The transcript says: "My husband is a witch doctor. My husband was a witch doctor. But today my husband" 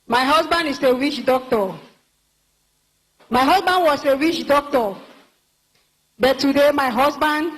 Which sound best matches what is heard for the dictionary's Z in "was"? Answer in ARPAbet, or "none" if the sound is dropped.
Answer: S